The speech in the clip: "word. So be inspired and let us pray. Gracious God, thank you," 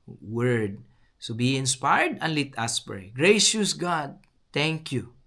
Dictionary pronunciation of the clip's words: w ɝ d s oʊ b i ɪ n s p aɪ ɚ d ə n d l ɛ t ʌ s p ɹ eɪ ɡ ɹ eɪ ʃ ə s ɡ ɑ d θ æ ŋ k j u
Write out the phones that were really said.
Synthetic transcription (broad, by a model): w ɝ d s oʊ b i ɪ n s p aɪ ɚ d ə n l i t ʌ s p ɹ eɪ ɡ ɹ eɪ ʃ ə s ɡ ɑ d t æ ŋ k j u